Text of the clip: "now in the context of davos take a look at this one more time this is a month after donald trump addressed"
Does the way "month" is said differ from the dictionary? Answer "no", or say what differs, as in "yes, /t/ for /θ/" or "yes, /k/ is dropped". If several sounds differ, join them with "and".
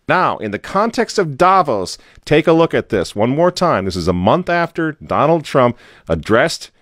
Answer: no